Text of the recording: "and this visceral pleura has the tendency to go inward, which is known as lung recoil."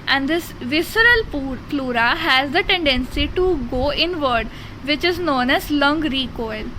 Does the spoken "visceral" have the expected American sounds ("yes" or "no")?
yes